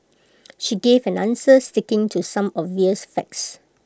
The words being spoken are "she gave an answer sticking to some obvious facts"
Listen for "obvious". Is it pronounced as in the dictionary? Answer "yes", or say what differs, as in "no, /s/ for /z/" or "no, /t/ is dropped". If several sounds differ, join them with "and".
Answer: no, /b/ is dropped